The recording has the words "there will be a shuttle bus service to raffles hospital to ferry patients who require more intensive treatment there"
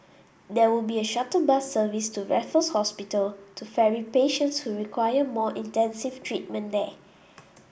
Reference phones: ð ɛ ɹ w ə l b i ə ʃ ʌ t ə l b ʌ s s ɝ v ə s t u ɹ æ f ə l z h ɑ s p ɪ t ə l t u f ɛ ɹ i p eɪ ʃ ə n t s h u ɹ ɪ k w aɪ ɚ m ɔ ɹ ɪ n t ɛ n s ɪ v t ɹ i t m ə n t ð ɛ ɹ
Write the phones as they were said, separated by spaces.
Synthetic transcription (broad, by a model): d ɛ w ə l b i ə ʃ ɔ t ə b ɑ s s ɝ v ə s t u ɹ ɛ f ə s h ɑ s p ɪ t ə l t u f ɛ ɹ i p eɪ ʃ ə n t s h u ɹ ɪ k w aɪ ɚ m ɔ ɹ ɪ n t ɛ n s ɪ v t ɹ i t m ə n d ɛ